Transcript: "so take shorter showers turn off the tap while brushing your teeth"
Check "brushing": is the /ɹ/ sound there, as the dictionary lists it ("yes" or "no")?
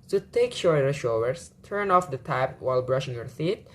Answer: yes